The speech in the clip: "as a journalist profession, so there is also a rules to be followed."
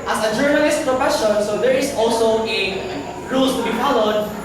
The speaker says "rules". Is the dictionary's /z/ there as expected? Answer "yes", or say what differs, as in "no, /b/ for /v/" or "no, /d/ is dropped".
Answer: no, /s/ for /z/